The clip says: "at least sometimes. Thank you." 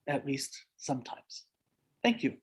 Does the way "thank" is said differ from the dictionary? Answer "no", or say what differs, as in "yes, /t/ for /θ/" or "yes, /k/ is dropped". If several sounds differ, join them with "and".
no